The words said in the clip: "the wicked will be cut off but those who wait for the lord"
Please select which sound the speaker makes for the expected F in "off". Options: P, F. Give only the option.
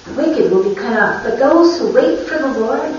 P